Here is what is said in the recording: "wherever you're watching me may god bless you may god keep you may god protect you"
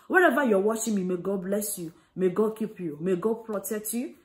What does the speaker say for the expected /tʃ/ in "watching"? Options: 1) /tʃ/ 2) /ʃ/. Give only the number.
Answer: 2